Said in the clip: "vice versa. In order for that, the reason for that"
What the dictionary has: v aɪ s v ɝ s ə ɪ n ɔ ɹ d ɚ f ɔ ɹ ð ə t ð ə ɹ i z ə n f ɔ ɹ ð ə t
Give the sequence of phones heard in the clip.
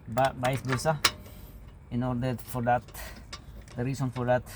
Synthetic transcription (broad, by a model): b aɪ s b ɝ s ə ɪ n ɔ ɹ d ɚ f ɔ ɹ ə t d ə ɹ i s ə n f ɔ ɹ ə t